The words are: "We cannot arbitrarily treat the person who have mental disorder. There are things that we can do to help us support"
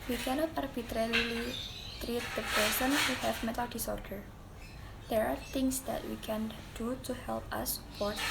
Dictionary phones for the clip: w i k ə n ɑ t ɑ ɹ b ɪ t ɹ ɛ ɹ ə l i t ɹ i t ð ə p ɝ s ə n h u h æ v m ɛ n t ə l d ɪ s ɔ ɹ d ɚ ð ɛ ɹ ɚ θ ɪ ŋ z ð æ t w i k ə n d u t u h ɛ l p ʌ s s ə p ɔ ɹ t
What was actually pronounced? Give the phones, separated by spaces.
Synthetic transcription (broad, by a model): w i k ə n ɑ t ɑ ɹ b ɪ t ɹ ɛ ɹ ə l i t ɹ i t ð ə p ɝ s ə n h u h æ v m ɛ t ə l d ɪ s ɔ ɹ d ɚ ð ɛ ɹ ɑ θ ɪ ŋ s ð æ t w i k ə n d u t u h ɛ l p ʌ s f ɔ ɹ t